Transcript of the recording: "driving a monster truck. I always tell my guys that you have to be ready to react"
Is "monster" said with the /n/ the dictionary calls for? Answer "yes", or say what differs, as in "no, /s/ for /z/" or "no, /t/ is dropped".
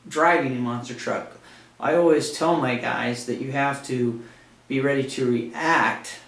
yes